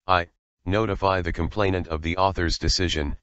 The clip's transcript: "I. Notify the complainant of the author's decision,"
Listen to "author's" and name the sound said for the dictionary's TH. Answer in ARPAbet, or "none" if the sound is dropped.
TH